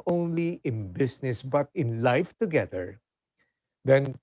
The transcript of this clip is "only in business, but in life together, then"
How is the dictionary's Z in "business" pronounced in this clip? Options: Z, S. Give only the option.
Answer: S